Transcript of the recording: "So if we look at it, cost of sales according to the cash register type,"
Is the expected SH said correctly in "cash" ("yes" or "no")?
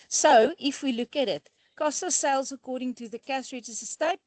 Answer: no